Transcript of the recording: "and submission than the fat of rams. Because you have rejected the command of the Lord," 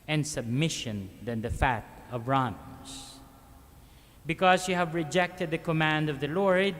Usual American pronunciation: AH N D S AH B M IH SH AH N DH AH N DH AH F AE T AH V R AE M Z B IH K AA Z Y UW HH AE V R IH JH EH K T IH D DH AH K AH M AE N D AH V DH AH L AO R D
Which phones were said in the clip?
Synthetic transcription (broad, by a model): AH N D S AH B M IH SH AH N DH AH N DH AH F AE T AH V R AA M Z B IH K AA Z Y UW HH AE V R IH JH EH K T IH D DH AH K AH M AE N D AH V DH AH L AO R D